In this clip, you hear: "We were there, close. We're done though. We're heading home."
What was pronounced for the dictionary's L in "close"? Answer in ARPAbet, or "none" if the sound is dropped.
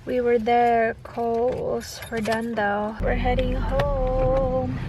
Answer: none